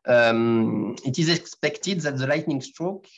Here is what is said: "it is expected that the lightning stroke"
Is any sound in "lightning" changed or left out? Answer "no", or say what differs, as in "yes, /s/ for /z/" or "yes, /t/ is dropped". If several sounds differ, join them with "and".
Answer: no